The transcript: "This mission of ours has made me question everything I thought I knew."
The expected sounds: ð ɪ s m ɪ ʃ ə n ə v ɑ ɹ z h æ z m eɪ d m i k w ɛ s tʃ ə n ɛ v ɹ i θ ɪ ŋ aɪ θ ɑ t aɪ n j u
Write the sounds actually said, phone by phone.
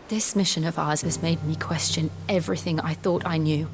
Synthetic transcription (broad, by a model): ð ɪ s m ɪ ʃ ə n ə v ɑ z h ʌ z m eɪ d m i k w ɛ s tʃ ə n ɛ v ɹ i θ ɪ ŋ aɪ θ ɑ t aɪ n j u